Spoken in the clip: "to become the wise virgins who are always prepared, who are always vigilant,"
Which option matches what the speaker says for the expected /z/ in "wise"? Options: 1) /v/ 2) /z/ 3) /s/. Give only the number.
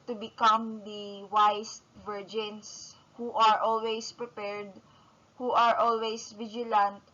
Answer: 3